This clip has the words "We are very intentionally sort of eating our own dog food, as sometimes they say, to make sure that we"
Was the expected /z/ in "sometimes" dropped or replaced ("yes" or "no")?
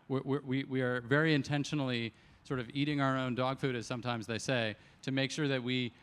no